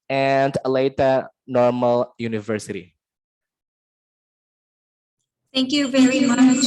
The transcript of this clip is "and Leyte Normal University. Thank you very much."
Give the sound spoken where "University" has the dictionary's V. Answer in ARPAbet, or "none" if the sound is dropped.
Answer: V